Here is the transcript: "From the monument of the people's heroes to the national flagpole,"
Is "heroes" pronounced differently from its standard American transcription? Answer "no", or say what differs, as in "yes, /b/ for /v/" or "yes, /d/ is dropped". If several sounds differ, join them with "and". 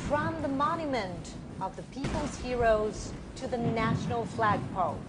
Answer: no